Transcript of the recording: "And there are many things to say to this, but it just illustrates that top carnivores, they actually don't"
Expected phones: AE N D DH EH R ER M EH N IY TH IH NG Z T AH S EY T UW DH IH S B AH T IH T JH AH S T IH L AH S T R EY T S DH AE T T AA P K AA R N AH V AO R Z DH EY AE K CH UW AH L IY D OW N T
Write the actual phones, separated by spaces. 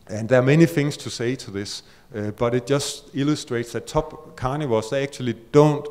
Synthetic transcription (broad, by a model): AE N DH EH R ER M EH N IY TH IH NG S T AH S EY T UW DH IH S B AH T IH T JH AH S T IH L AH S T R EY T S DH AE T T AA B K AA N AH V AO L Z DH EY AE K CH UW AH L IY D OW N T